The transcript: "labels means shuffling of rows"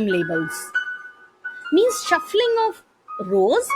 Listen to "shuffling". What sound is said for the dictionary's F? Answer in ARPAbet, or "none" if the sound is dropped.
F